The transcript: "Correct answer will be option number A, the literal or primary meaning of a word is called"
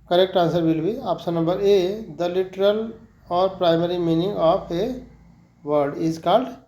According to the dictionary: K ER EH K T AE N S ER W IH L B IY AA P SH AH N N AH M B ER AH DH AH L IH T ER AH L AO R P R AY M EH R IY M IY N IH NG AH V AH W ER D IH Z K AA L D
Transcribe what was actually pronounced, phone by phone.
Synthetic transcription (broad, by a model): K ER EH K T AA N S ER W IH L B IY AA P S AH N N AH M B ER AH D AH L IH T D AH L AO R P R AY M EH R IY M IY N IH NG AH P AH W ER D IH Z K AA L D